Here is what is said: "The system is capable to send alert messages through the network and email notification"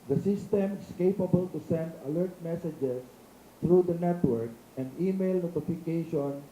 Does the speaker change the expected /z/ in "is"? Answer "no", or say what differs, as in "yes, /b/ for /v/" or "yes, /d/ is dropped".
yes, /s/ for /z/